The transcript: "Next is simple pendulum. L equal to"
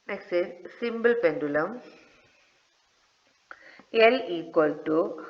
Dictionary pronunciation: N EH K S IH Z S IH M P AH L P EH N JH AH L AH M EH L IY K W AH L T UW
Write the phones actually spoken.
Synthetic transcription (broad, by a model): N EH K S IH S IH M B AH L P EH N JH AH L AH M EH L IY K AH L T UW